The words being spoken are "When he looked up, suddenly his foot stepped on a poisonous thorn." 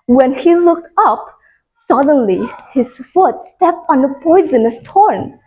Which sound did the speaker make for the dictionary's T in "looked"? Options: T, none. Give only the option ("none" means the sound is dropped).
T